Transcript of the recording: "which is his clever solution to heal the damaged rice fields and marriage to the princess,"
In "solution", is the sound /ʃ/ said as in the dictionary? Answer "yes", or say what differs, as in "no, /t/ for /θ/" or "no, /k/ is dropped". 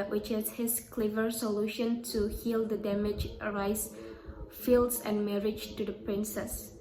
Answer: yes